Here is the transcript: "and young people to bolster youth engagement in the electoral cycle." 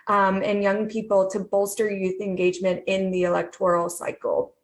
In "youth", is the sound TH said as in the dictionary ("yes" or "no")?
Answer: yes